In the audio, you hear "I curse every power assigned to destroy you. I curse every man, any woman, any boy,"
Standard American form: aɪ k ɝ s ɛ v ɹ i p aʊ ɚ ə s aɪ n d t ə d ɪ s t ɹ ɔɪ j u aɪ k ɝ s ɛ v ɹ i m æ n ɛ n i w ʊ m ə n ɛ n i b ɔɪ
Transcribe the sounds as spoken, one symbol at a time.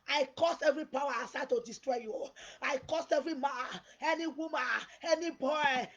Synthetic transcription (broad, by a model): aɪ k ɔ s ɛ v ɹ i p aʊ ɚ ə s aɪ d t ə d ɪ s t ɹ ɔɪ j u aɪ k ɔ s ɛ v ɹ i m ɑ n ɛ n i w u m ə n ɛ n i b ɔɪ